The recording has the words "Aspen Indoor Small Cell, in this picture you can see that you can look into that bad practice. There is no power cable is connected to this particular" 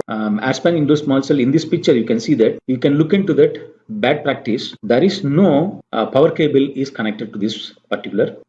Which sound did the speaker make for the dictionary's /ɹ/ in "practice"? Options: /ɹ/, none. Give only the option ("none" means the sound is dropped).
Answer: /ɹ/